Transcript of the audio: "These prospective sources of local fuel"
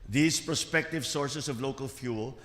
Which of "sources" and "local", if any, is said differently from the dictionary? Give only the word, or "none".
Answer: sources